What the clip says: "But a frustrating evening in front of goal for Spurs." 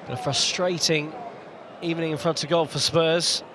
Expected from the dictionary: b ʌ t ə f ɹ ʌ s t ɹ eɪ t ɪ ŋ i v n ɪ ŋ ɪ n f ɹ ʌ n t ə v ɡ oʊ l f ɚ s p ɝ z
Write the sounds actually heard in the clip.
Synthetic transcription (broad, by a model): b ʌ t ə f ɹ ʌ s t ɹ eɪ t ɪ ŋ i v n ɪ ŋ ɪ n f ɹ ʌ n t ə v ɡ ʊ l f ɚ s p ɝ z